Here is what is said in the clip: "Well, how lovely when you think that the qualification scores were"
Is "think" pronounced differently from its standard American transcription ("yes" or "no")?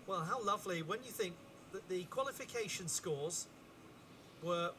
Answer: no